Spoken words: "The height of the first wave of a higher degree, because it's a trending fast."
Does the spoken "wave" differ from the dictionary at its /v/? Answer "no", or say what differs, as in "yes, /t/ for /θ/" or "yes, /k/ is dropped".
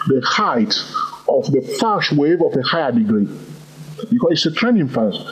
no